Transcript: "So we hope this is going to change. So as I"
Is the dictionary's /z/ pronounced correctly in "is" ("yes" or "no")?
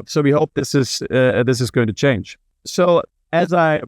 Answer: yes